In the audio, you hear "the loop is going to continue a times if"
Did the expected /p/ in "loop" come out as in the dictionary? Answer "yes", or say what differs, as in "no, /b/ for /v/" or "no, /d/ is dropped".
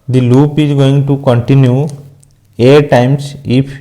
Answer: yes